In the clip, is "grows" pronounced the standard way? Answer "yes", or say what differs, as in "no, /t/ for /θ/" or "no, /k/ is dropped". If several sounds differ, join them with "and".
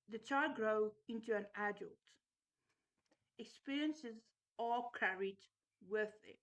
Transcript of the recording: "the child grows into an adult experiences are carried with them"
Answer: no, /z/ is dropped